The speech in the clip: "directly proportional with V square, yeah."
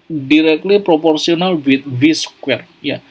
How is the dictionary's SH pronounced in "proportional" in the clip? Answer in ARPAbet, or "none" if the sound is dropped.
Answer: S